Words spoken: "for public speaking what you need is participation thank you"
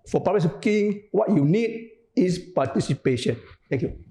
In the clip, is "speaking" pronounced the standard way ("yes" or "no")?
no